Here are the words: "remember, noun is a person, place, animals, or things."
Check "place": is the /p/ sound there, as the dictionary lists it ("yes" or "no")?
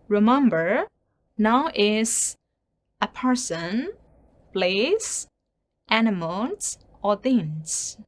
no